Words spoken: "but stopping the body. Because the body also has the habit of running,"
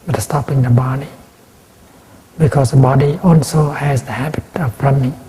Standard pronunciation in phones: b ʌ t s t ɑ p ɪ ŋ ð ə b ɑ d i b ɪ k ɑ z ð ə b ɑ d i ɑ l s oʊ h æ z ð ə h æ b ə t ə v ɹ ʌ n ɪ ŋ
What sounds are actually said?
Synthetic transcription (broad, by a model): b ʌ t s t ɑ p ɪ ŋ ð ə b ɑ d i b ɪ k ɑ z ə b ɑ d i ɑ l s oʊ h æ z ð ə h æ b ə t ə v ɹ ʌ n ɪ ŋ